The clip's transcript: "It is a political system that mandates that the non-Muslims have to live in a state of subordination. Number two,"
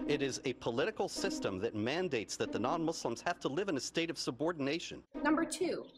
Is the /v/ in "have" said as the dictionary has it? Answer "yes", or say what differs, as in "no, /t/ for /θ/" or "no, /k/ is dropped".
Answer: no, /f/ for /v/